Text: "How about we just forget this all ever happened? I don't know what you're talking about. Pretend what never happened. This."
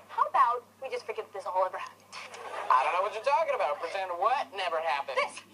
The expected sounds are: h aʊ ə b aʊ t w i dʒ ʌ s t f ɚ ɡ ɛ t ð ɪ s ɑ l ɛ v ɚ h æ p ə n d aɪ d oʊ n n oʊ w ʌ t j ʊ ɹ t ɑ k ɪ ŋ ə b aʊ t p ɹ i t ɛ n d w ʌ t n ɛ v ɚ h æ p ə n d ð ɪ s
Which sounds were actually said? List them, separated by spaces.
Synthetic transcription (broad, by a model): h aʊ ə b aʊ t w i dʒ ʌ s t f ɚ ɡ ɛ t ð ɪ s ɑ w ɛ v ɚ h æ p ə n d aɪ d oʊ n n oʊ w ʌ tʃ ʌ ɹ t ɑ k ɪ ŋ ə b aʊ t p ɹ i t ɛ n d w ʌ t n ɛ v ɚ h æ p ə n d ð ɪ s